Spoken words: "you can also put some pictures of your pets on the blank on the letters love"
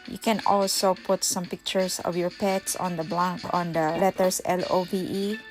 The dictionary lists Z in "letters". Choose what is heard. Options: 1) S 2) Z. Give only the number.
1